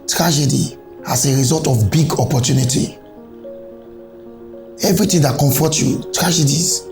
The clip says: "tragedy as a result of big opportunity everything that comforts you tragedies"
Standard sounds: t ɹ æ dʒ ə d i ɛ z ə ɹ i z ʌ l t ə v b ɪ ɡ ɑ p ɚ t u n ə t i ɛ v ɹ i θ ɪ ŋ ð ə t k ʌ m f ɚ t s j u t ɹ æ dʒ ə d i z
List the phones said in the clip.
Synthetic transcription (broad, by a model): t ɹ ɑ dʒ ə d i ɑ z ə ɹ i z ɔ l t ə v b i ɡ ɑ p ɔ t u n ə t i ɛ v ɹ i t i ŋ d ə t k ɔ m f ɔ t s j u t ɹ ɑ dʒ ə d i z